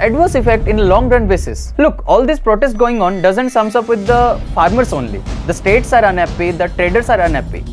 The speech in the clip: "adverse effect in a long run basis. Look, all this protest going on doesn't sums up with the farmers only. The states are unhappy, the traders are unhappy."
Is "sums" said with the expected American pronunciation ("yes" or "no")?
no